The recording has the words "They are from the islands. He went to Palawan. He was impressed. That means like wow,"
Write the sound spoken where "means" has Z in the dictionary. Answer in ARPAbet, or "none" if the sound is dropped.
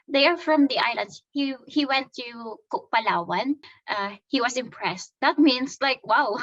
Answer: S